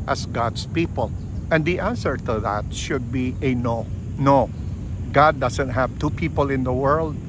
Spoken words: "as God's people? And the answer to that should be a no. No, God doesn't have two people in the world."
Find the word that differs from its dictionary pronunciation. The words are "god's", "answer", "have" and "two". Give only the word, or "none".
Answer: god's